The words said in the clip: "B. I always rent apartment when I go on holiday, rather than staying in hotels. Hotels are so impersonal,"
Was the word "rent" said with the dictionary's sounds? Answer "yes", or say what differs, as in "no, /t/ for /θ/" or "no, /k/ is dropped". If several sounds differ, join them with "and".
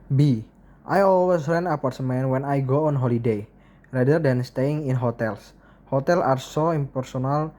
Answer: no, /t/ is dropped